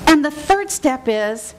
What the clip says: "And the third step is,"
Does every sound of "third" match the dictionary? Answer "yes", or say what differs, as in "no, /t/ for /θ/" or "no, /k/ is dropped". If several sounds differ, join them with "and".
yes